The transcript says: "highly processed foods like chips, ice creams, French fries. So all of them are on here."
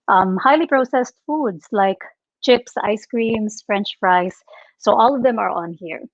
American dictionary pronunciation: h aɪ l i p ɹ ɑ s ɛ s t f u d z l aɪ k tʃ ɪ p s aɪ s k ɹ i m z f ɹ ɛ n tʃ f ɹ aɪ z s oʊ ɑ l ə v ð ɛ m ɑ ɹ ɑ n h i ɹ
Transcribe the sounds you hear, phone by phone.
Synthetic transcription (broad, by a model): h aɪ l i p ɹ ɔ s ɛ s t f u d s l aɪ k tʃ ɪ p s aɪ s k ɹ i m s f ɹ ɛ n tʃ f ɹ aɪ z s oʊ ɑ l ə v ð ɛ m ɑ ɹ ɑ n h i ɹ